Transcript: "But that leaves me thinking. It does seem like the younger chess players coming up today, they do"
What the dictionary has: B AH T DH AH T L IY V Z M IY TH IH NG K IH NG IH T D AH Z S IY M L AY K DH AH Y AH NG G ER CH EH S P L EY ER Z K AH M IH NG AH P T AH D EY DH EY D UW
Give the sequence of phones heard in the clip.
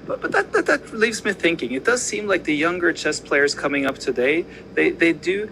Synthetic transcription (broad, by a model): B AH T DH AH T L IY V Z M IY TH IH NG K IH NG IH T D AH Z S IY M L AY K DH AH Y AH NG G ER CH EH S P L EY ER Z K AH M IH NG AH P T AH D EY DH EY D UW